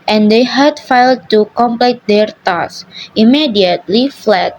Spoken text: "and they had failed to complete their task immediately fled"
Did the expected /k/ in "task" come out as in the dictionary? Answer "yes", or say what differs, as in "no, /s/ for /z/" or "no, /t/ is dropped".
no, /k/ is dropped